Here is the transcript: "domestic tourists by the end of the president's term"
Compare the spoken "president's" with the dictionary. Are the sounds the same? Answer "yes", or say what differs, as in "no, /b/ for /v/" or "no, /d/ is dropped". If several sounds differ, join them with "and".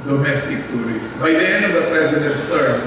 no, /s/ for /z/